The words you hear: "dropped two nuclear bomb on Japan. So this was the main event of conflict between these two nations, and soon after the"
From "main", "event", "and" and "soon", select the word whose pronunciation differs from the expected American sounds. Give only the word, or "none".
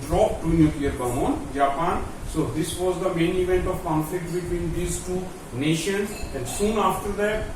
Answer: none